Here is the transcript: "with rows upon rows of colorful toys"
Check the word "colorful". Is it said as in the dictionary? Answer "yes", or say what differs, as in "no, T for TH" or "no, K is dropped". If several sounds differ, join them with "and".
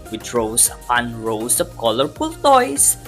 no, P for F